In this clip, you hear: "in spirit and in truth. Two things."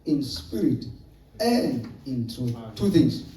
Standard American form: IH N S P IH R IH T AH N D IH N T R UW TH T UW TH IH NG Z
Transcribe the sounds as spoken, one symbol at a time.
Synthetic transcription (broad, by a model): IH N S P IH R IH T AH N D IH N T UW T UW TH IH NG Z